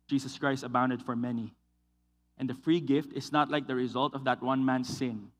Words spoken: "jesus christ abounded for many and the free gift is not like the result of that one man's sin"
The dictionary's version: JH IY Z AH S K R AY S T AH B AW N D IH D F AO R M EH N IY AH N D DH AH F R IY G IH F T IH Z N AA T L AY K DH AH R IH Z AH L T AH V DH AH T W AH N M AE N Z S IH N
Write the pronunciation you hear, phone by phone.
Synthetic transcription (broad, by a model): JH IY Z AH S K R AY S T AH B AW N D IH D F AO R M EH N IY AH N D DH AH F R IY G IH F T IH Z N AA T L AY K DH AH R IH Z AH L T AH V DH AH T W AH N M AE N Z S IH N